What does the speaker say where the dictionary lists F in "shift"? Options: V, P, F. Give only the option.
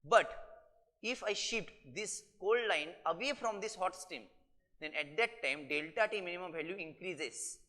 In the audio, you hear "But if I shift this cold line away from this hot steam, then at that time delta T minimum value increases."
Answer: P